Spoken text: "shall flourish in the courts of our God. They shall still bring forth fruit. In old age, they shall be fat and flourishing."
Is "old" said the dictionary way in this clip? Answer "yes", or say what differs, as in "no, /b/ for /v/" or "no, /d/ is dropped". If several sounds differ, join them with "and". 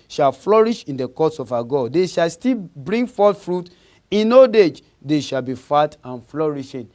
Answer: no, /l/ is dropped